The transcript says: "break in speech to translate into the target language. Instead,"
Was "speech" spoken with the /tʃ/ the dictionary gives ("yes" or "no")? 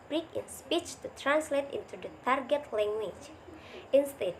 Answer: yes